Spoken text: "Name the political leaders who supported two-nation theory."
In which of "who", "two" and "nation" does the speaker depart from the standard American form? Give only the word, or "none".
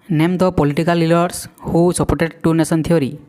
nation